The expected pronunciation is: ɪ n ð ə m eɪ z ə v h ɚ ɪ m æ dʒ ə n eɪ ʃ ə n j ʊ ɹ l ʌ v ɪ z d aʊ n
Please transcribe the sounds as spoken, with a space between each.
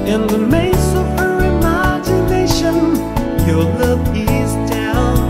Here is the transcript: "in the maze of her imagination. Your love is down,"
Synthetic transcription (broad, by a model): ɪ n ð ə m eɪ s ə v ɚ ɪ m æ dʒ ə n eɪ ʃ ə n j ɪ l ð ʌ p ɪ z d aʊ n